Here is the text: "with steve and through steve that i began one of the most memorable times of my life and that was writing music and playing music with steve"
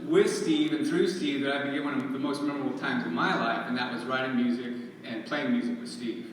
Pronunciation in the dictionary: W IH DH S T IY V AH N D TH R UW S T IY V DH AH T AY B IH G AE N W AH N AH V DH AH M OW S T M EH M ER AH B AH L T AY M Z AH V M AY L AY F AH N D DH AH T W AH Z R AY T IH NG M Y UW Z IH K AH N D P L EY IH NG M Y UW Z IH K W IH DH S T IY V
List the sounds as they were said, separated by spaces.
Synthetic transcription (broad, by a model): W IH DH S T IY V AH N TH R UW S T IY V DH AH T AY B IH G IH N W AH N AH V DH AH M OW S T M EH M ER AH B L T AY M Z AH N M AY L AY F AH N DH AH T W AH Z R AY T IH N M Y UW Z IH K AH N P L EY IH NG M Y UW Z IH K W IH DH S T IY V